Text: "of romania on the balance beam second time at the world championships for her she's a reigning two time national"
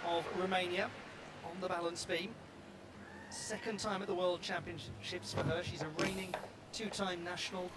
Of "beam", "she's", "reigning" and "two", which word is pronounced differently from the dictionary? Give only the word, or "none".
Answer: none